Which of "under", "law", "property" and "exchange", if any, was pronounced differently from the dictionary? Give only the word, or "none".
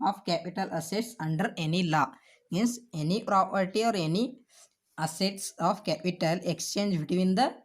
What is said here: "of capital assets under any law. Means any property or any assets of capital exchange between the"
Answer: none